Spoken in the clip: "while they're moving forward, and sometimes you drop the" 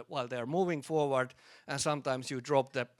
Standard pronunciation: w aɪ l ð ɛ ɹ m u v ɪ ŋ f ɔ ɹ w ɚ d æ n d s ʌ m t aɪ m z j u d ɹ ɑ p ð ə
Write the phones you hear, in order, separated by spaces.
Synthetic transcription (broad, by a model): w aɪ l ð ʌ ɹ m u v ɪ ŋ f ɔ ɹ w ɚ d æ n s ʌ m t aɪ m s j u d ɹ ɑ p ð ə